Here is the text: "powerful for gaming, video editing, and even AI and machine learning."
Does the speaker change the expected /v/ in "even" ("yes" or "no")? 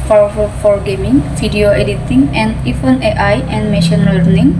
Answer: yes